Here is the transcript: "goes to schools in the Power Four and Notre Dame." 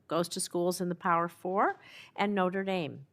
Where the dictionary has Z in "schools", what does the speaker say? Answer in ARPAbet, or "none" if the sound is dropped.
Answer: Z